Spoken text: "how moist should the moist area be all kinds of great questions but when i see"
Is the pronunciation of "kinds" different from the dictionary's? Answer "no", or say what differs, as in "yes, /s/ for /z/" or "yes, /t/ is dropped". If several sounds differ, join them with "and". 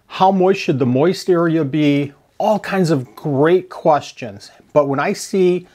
no